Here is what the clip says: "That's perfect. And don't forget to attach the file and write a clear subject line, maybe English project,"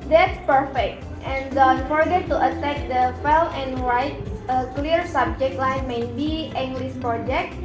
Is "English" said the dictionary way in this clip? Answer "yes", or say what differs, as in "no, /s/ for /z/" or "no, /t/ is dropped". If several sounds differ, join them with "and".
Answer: no, /s/ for /ʃ/